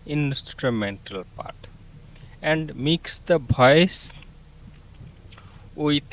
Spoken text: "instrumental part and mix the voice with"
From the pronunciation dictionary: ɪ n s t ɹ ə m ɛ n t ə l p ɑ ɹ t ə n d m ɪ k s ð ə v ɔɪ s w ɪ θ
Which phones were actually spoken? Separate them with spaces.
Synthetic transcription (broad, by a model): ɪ n s t ɹ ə m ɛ n t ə l p ɑ ɹ t ə n d m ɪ k s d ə b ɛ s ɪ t